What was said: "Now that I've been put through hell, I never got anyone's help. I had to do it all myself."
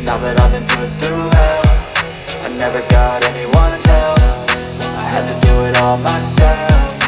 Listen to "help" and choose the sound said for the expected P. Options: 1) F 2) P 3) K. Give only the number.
1